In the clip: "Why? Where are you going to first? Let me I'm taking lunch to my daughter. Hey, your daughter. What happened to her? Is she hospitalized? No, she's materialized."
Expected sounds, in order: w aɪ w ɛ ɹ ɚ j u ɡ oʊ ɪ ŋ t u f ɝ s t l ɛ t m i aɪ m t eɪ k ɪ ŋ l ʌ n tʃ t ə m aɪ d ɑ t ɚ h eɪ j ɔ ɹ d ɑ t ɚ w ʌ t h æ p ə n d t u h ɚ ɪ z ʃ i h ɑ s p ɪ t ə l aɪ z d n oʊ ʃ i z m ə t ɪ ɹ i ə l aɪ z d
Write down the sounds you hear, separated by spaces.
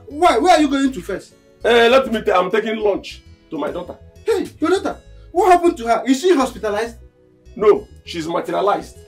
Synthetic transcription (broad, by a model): w aɪ w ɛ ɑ j u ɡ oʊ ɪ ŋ t u f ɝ s t l ɛ t m i aɪ m t eɪ k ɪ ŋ l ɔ n tʃ t ə m aɪ d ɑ t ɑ h eɪ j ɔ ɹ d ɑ t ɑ w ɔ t h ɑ p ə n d t u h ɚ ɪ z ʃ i h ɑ s p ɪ t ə l aɪ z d n oʊ ʃ i z m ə t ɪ ɹ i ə l aɪ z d